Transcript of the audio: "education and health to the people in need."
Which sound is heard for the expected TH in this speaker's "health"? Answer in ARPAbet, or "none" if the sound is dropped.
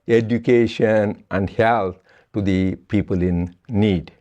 T